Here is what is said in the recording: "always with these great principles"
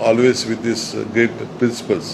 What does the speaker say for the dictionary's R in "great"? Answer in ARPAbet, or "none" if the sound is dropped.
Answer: none